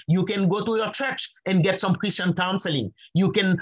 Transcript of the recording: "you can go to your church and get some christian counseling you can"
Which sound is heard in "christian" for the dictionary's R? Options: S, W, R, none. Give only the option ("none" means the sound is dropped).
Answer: R